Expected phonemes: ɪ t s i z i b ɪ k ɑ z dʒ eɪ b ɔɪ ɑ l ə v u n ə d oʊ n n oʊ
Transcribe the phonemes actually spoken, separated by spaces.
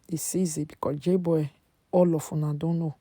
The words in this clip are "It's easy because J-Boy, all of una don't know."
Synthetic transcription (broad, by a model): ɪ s i z i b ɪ k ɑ dʒ eɪ b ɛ ɑ l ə f u n ə d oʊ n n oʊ